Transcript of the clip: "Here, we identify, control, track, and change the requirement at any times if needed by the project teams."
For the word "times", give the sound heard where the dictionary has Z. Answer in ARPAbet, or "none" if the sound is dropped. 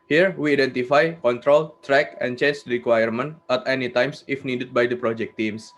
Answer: S